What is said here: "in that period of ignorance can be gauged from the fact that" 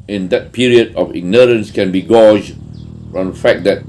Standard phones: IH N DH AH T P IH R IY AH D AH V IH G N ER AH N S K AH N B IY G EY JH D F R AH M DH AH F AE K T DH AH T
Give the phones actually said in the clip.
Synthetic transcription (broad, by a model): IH N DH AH T P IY R IY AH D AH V IH G N ER AH N S K AH N B IY G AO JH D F R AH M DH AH F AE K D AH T